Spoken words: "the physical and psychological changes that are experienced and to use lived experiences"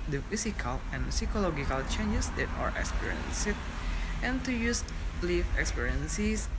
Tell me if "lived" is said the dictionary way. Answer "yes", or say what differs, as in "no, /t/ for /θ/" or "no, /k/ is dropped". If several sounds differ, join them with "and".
no, /d/ is dropped